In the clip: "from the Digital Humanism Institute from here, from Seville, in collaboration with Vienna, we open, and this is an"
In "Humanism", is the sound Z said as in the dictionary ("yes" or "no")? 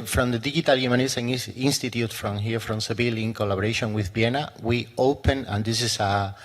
no